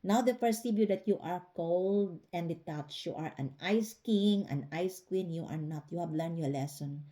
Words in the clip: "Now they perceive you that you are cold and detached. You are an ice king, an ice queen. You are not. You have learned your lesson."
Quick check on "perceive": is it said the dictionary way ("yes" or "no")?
no